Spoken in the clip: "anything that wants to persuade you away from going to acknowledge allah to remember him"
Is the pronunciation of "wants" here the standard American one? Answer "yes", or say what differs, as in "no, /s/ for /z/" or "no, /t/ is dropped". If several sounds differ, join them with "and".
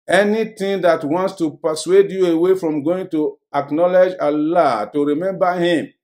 yes